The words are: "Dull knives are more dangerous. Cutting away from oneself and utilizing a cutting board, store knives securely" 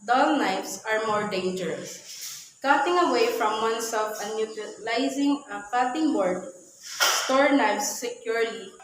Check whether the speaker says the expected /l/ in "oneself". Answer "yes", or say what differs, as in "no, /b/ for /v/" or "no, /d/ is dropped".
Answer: no, /l/ is dropped